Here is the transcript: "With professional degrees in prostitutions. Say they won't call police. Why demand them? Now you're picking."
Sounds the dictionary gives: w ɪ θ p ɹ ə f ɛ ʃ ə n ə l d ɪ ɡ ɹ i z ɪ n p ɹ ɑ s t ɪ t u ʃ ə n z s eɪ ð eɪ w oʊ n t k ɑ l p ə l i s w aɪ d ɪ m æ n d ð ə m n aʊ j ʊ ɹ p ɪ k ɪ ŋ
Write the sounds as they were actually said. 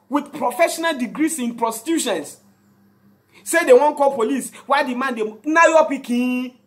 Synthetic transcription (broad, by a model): w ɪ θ p ɹ ə f ɛ ʃ ə n ə l d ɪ ɡ ɹ i s ɪ n p ɹ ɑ s t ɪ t u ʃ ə n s s eɪ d eɪ w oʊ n k ɑ l p ə l i s w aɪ d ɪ m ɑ n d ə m n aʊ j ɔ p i k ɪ